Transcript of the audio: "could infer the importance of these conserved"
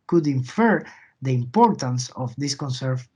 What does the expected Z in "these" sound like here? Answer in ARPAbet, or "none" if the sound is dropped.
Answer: S